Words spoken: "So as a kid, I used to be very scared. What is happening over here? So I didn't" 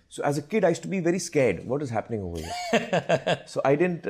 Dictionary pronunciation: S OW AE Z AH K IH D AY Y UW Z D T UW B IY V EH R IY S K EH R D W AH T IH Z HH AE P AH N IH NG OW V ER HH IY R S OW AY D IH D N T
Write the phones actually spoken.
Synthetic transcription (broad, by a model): S OW AE Z AH K IH D AY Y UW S T UW B IY V EH R IY S K EH R D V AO T IH Z HH AE P AH N IH NG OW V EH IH S OW AY D IH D N T